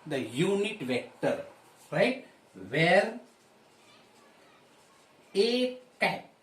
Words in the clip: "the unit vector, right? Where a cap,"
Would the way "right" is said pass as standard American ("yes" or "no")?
yes